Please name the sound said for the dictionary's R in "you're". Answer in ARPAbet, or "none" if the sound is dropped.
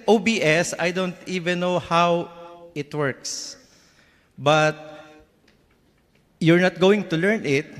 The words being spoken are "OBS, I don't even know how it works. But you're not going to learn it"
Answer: R